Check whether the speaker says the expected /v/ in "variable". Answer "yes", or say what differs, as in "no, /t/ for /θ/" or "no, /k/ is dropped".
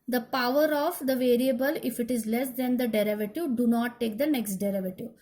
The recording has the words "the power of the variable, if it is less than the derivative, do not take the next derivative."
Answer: yes